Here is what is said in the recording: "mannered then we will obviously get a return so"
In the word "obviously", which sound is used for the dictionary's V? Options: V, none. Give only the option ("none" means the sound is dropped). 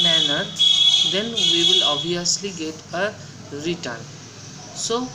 none